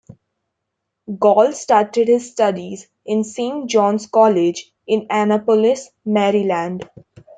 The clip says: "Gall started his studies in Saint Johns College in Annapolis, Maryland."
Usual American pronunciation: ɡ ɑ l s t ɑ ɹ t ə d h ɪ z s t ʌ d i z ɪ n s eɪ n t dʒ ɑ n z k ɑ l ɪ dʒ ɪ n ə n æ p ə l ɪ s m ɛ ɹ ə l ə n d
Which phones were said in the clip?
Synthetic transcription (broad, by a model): ɡ ɑ l s t ɑ ɹ t ə d h ɪ z s t ʌ d i z ɪ n s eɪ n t dʒ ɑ n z k ɑ l ɪ dʒ ɪ n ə n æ p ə l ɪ s m ɛ ɹ ə l ə n d